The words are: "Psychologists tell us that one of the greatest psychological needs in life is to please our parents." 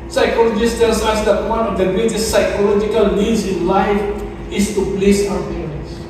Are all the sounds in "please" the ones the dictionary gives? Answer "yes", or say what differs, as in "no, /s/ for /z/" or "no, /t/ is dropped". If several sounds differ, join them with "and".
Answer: no, /s/ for /z/